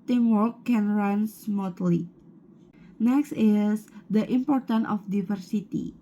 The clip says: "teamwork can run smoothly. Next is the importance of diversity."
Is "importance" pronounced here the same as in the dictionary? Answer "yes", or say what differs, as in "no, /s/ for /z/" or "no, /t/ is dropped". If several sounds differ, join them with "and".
no, /s/ is dropped